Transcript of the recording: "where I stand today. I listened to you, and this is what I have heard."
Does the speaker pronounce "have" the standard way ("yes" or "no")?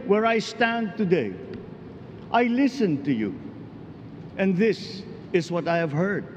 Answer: yes